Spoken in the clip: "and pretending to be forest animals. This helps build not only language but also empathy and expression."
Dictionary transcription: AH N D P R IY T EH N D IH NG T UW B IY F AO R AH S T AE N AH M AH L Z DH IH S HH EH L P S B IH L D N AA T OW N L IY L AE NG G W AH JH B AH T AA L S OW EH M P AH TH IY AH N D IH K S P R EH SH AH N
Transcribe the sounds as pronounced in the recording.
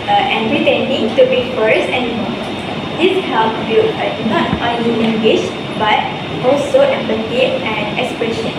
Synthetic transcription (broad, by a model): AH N P R IY T EH N D IH NG T UW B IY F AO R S EH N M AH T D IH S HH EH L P B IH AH N AA T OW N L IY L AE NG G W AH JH B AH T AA L S OW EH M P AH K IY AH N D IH K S P R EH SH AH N